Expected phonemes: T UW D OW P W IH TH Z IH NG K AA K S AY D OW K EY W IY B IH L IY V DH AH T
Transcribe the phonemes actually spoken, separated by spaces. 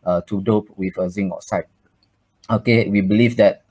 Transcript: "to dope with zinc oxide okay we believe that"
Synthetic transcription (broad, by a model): T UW D OW P W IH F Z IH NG AA S AY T OW K EY W IY B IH L IY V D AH T